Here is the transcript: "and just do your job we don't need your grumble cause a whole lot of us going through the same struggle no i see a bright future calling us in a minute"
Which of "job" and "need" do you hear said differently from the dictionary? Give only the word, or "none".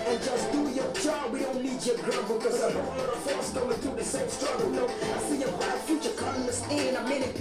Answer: need